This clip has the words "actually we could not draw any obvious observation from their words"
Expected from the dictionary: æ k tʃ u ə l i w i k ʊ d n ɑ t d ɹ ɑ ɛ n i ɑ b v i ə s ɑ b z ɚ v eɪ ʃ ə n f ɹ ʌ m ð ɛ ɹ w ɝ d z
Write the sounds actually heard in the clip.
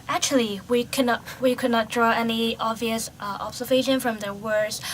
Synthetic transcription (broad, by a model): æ k tʃ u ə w i w i k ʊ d n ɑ t d ɹ ɑ ɛ n i ɑ b v i ə s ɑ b s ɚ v eɪ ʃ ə n f ɹ ʌ m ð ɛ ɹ w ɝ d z